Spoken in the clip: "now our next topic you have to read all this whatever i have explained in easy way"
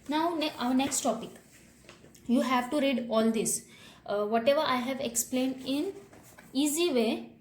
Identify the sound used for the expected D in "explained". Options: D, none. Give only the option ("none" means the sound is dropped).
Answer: D